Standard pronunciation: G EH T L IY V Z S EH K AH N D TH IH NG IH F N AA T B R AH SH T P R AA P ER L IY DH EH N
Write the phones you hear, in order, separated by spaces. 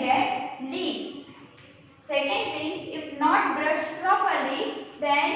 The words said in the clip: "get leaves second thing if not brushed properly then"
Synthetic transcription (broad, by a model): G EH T L IY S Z S EH K AH N D T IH NG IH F N AA T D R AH S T P R AA P ER L IY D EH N